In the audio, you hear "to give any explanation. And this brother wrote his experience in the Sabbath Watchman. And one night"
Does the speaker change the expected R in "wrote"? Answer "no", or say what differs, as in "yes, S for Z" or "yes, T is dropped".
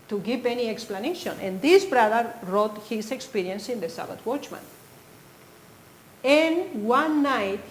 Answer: no